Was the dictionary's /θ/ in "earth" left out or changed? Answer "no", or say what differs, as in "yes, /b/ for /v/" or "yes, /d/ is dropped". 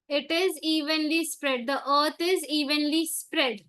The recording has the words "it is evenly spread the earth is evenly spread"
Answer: yes, /t/ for /θ/